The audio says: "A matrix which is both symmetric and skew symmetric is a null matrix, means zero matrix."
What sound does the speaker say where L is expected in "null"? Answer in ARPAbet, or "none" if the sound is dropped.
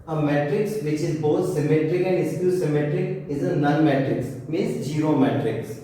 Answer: N